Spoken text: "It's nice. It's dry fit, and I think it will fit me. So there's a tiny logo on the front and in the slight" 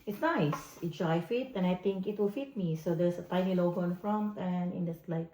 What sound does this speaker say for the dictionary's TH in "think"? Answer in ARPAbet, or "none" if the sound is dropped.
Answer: T